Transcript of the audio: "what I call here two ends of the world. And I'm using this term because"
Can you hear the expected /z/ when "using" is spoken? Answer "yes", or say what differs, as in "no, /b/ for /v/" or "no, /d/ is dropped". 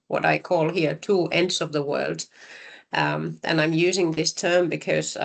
yes